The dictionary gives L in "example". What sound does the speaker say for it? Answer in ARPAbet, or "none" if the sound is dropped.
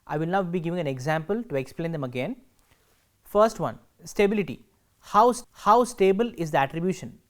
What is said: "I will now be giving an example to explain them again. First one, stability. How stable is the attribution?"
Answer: L